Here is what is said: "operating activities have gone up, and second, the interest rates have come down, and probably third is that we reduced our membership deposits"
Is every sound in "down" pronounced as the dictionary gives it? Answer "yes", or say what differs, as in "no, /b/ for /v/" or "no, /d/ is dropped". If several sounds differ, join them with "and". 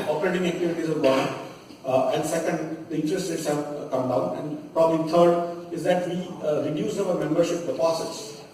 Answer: yes